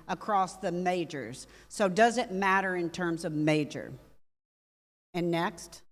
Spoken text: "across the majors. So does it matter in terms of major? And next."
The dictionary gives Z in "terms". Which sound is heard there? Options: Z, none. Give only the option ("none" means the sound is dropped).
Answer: Z